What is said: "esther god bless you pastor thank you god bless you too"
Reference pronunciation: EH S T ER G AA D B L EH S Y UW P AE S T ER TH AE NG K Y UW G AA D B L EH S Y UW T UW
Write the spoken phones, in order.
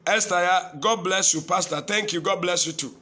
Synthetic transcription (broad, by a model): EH S T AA G AA D B L EH S Y UW P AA S T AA T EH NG K Y UW G AA D B L EH S Y UW T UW